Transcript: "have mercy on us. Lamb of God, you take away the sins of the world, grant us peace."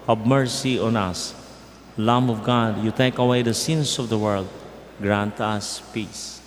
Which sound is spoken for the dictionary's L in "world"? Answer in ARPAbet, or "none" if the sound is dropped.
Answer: L